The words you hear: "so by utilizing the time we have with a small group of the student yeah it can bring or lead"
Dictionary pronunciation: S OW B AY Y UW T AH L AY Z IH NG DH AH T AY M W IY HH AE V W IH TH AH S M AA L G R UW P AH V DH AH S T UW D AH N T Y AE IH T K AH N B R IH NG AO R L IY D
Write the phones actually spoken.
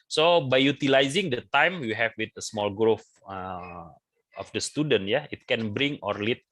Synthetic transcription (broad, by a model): S OW B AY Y UW T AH L AY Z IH NG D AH T AY M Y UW HH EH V W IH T AH S M AA L G R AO F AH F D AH S T UW D AH N T Y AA IH T K AH N B R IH NG AO R L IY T